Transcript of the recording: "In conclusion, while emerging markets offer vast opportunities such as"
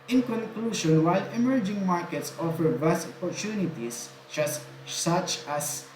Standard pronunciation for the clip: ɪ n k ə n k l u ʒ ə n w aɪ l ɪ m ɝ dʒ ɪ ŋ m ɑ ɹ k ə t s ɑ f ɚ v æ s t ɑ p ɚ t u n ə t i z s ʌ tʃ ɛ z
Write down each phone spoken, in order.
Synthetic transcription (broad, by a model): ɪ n k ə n k l u ʃ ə n w aɪ l ɪ m ɝ dʒ ɪ ŋ m ɑ ɹ k ə t s ɑ f ɚ b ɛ s t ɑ p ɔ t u n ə t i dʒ s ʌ tʃ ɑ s